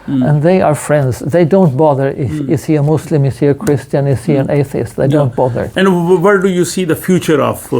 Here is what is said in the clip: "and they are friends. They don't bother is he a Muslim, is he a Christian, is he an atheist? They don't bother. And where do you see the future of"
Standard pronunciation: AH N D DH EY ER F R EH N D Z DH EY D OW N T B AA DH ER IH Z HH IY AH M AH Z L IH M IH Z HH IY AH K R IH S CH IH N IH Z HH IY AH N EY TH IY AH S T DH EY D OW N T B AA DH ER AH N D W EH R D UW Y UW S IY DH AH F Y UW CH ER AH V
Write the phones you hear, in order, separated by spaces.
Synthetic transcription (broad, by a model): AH N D DH EY ER F R EH N D Z DH EY D OW N T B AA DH ER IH S HH IY AH M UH S L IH M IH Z HH IY AH K R IH S CH IH N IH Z HH IY AH N EY TH IY AH S T DH EY D OW N T B AA DH ER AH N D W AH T D UW Y UW S IY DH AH F Y UW CH ER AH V